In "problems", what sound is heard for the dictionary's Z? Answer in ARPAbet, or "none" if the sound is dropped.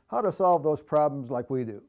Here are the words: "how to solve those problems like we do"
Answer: Z